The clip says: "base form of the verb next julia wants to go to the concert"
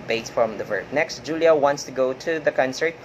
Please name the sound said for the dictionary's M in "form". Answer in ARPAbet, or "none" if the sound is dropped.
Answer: none